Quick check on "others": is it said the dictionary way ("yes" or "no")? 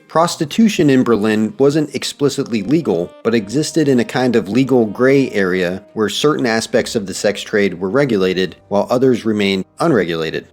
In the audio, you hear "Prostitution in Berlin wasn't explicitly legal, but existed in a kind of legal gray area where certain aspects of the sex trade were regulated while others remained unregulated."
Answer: yes